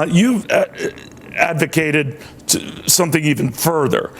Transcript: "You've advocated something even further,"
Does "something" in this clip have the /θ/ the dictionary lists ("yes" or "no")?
yes